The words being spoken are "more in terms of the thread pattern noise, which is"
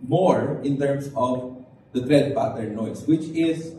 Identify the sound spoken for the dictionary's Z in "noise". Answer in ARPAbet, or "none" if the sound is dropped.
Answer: S